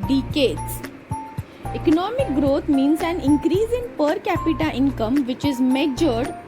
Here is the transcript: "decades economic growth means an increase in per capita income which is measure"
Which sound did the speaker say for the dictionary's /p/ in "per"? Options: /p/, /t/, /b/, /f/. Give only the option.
/p/